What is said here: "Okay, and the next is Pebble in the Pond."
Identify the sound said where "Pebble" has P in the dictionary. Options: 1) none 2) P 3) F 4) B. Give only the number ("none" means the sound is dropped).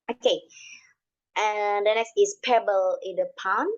2